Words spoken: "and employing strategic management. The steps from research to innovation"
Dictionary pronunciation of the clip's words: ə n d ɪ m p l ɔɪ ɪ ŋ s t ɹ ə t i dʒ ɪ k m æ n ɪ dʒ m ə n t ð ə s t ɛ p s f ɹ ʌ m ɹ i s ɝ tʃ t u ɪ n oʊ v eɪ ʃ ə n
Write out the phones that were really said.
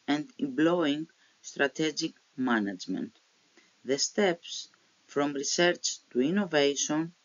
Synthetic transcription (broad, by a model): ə n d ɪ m b l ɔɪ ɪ ŋ s t ɹ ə t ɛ dʒ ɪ k m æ n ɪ dʒ m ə n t ð ə s t ɛ p s f ɹ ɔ m ɹ i s ɝ tʃ t u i n oʊ v eɪ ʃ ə n